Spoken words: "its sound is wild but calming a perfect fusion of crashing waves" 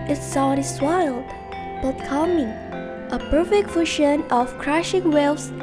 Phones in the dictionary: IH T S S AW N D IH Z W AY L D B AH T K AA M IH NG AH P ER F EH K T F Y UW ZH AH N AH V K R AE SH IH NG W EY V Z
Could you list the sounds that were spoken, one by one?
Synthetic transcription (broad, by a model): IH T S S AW D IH S W AY L D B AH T K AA M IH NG AH P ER F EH K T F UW SH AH N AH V K R AE SH IH NG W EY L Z